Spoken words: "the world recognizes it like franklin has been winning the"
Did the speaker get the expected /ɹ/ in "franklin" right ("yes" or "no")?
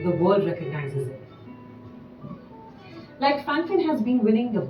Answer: no